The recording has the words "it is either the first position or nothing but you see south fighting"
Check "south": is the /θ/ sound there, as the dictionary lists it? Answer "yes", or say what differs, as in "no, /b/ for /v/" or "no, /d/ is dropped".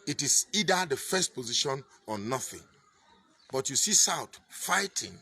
no, /t/ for /θ/